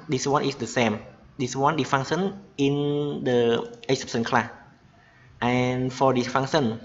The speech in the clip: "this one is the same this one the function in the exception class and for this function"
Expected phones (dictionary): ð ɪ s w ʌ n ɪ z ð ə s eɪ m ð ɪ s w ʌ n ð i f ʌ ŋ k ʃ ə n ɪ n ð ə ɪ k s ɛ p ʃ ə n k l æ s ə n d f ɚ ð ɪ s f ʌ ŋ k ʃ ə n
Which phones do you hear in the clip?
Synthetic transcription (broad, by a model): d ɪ s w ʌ n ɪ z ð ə s eɪ m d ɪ s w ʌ n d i f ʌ ŋ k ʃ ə n ɪ n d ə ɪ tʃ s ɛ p s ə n k l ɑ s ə n f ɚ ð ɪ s f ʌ ŋ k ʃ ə n